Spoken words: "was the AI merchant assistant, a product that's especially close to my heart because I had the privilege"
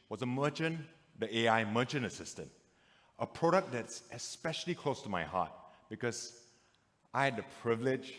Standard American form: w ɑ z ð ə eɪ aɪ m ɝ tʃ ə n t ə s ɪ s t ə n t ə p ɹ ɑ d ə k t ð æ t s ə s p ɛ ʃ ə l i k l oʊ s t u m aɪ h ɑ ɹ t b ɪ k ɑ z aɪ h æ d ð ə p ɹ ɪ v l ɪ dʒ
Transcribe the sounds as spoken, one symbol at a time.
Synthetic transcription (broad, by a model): w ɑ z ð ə eɪ aɪ m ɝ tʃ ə n ə s ɪ s t ə n t ə p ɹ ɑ d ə k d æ t s ə s p ɛ ʃ ə l i k l oʊ s t u m aɪ h ɑ t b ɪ k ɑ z aɪ h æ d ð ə p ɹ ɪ v l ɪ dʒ